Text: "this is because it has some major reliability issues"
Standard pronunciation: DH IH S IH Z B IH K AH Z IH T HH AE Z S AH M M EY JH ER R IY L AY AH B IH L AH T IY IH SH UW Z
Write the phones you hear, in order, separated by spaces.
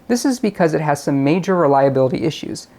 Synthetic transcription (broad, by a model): DH IH S IH Z B IH K AH Z IH T HH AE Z S AH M M EY JH ER R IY L AY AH B IH L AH T IY IH SH UW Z